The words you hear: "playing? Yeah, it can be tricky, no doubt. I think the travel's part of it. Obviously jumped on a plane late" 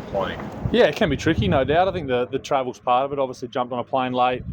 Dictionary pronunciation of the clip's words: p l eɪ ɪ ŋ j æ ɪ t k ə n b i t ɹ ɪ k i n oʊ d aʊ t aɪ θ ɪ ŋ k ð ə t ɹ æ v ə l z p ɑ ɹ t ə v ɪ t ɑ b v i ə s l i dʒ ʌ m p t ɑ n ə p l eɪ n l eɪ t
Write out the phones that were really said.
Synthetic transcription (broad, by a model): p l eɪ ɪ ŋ j æ ɪ t k ə n b i t ɹ ɪ k i n oʊ d aʊ t aɪ θ ɪ ŋ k ð ə t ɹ æ v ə l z p ɑ ɹ t ə v ɪ t ɑ b v i ə s l i dʒ ʌ m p t n ə p l eɪ n l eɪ t